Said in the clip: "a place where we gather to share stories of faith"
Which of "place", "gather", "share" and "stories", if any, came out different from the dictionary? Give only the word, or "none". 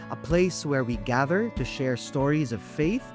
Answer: none